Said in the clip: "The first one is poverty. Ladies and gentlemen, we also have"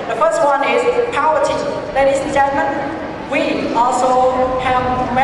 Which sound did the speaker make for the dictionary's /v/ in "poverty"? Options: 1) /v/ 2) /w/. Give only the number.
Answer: 2